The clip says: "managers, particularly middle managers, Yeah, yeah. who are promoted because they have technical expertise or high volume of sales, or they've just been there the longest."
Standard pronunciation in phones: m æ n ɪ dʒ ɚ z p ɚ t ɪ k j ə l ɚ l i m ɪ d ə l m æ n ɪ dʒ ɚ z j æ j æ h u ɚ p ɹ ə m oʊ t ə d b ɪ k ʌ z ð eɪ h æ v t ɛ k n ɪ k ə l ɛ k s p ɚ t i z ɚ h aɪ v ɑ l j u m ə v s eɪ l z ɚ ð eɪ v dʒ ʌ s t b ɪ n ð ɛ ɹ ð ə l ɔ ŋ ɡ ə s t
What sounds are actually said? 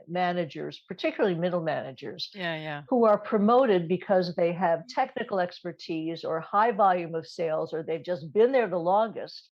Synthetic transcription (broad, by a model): m æ n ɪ dʒ ɚ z p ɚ t ɪ k j l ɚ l i m ɪ d l m æ n ɪ dʒ ɚ z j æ j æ h u ɚ p ɹ ə m oʊ t ə d b ɪ k ʌ z ð eɪ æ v t ɛ k n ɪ k l ɛ k s p ɚ t i z ɚ h aɪ v ɑ l j u m ə v s eɪ l z ɚ ð eɪ v dʒ ʌ s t b ɪ n ð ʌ ɹ ð ə l ɔ ŋ ɡ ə s t